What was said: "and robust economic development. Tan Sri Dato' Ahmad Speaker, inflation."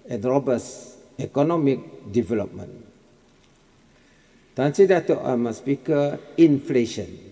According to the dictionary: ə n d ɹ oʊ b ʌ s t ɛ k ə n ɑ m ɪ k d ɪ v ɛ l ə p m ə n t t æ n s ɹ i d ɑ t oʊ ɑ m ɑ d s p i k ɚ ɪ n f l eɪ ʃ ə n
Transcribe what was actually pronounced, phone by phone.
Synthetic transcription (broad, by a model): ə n ɹ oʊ b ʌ s ɛ k ə n ɑ m ɪ k d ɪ v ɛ l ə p m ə n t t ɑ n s i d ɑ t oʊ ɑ m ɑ s p i k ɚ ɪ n f l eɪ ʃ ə n